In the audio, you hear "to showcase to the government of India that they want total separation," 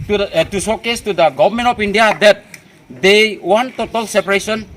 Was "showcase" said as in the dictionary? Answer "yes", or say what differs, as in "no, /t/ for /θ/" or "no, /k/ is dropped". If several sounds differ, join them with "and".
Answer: no, /s/ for /ʃ/